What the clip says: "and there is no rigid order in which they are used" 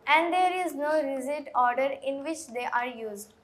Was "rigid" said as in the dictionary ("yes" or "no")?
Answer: no